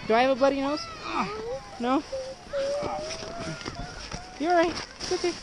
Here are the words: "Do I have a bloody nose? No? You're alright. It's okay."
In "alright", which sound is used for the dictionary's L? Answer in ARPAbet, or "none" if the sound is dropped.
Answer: none